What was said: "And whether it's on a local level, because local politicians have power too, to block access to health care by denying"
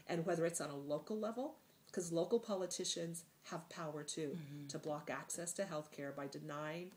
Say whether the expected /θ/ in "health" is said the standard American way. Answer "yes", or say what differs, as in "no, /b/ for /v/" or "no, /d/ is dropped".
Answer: yes